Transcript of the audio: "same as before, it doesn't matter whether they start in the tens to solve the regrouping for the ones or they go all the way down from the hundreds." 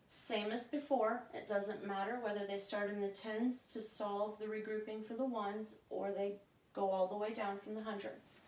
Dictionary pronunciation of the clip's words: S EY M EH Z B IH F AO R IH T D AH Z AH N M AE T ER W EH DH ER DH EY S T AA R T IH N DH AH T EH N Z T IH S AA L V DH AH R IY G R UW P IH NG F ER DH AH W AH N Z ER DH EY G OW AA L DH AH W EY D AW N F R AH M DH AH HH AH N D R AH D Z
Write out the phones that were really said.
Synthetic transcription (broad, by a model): S EY M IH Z B IH F AO R IH T D AH Z AH N M AE T ER W EH DH ER DH EY S T AA R T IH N DH AH T EH N Z T IH S AA L V DH AH R IY G R UW P IH NG F ER DH AH W AH N Z ER DH EY G OW AA L DH AH W EY D AW N F R AH M DH AH HH AH N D R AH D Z